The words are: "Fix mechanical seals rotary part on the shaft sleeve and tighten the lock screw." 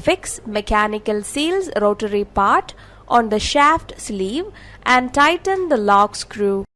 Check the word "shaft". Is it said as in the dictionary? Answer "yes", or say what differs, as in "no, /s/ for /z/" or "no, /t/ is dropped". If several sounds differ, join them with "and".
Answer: yes